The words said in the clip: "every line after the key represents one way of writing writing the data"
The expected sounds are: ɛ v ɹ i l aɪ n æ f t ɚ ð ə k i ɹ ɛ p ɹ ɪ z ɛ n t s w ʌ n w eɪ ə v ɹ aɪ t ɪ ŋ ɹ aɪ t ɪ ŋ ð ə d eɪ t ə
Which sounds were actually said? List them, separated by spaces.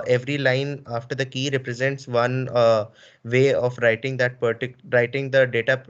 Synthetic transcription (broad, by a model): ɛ v ɹ i l aɪ n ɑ f t ɚ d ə k i ɹ ɛ p ɹ ɪ z ɛ n t s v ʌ n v eɪ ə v ɹ aɪ t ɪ ŋ ɹ aɪ t ɪ ŋ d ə d eɪ t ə